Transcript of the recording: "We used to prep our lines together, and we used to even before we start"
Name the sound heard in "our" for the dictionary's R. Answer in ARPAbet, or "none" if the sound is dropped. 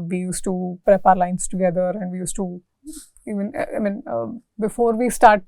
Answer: R